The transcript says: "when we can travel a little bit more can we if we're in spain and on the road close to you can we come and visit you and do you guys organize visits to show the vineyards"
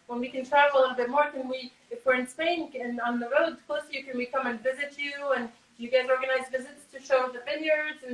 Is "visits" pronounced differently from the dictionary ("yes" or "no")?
no